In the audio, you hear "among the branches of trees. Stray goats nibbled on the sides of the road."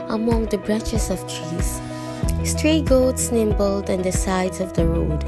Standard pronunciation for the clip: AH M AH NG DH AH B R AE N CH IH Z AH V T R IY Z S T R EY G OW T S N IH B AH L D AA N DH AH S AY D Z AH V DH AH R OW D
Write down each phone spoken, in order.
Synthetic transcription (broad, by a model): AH M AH NG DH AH B R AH CH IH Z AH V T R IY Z S T R EY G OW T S N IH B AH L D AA N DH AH S AY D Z AH V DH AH R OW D